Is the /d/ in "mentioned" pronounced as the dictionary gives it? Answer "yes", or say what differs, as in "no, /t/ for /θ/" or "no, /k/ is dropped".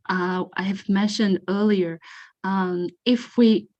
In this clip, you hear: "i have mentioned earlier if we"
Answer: yes